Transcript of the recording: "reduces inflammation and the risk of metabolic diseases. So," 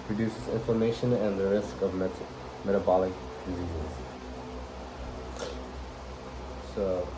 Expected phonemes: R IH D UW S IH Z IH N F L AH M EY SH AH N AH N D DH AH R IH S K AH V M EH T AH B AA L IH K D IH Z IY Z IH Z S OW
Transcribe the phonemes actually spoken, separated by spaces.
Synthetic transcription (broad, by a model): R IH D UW S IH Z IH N F AH M EY SH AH N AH N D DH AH R IH S K AH V M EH T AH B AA L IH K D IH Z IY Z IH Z S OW